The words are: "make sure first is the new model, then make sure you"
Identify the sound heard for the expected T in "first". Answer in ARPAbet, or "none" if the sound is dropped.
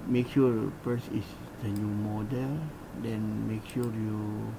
none